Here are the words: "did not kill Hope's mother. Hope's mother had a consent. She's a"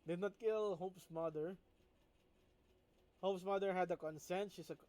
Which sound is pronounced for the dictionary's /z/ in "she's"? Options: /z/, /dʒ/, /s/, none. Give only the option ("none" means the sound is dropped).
/s/